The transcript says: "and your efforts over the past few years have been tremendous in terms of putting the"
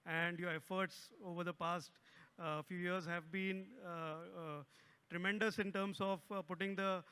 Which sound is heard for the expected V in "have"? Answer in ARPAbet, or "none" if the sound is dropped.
V